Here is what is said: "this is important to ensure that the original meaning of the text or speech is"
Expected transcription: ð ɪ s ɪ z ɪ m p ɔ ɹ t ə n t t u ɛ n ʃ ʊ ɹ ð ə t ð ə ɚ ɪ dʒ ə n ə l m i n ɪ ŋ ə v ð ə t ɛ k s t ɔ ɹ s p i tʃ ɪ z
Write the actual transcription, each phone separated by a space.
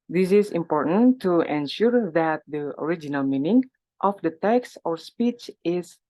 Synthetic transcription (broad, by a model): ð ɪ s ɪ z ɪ m p ɔ ɹ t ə n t t u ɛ n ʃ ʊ ɹ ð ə t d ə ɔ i dʒ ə n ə l m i n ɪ ŋ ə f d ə t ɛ k s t ɔ ɹ s p i tʃ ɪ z